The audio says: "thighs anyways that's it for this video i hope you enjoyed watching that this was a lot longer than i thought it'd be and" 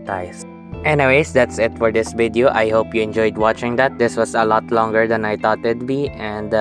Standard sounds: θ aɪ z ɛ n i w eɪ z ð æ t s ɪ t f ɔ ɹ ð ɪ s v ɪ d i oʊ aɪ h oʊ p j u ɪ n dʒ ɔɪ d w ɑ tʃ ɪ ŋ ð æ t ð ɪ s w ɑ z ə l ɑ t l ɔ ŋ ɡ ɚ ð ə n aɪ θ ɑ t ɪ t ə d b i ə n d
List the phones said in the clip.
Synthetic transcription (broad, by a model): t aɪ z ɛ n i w eɪ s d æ t s ɪ t f ɔ ɹ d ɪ s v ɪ d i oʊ aɪ h oʊ p j u ɪ n dʒ ɔɪ d w ɑ tʃ ɪ ŋ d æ t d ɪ s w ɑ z ə l ɑ t l ɔ ŋ ɡ ɚ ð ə n aɪ t ɑ t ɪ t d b i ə n d